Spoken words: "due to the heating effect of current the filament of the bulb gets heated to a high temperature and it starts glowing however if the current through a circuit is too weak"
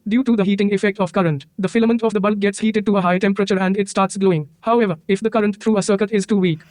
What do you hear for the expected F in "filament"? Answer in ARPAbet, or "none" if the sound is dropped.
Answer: F